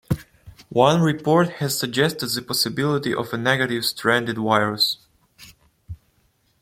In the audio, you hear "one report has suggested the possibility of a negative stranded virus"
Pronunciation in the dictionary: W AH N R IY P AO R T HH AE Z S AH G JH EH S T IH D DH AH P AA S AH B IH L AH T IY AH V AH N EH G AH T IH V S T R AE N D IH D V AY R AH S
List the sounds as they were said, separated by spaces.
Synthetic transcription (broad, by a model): W AH N R IY P AO R T HH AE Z S AH G JH EH S T IH D DH AH P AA S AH B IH L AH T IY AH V AH N EH G AH T IH V S T R AE N D IH D W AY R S